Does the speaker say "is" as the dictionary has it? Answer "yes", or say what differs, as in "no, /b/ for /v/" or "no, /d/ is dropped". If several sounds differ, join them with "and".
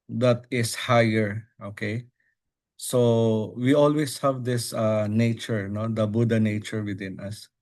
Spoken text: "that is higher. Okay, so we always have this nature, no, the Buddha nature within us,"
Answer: no, /s/ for /z/